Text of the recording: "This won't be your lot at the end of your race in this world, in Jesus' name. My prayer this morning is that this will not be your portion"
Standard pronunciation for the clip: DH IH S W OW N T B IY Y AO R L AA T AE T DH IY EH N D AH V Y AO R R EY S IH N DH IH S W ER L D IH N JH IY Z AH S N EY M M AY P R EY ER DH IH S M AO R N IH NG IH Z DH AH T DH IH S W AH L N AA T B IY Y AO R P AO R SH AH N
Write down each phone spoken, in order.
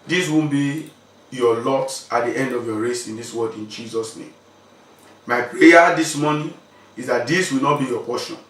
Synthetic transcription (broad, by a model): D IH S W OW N B IY Y AO L AA T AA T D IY EH N D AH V Y AO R R EY S IH N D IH S W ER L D IH N JH IY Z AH S N EY M M AY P EY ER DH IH S M AO N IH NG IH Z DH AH T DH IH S W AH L N AA T B IY Y AO P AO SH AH N